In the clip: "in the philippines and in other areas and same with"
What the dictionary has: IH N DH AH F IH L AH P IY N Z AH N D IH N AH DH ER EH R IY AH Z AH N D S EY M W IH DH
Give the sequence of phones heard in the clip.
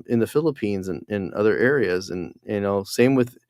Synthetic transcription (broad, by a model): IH N DH AH F IH L AH P IY N Z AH N IH N AH DH ER EH R IY AH Z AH N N S EY M W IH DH